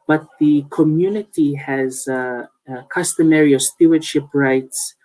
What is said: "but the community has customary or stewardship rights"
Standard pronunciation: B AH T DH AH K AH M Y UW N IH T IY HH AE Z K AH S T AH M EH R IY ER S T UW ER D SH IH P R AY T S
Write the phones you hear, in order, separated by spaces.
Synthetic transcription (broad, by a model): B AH T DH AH K AH M Y UW N IH T IY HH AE Z K AH S T AH M EH R IY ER S T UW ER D SH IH P R AY T S